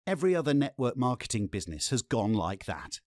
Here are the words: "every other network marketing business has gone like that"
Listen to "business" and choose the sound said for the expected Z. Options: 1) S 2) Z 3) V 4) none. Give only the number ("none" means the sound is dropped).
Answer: 2